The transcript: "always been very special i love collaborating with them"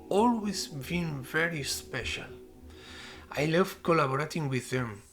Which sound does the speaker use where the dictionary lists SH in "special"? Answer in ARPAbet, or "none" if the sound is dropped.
SH